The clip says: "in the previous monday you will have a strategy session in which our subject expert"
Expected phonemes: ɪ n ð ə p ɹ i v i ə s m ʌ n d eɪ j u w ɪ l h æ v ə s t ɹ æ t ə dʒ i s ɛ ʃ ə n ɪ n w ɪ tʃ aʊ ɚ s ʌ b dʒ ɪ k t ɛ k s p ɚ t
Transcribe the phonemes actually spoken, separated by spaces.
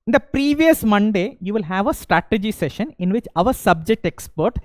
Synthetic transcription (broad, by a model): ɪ n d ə p ɹ i v i ə s m ʌ n d eɪ j u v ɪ l h æ v ə s t ɹ æ t ə dʒ i s ɛ ʃ ə n ɪ n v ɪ tʃ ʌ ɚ s ʌ b dʒ ɪ k t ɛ k s p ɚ t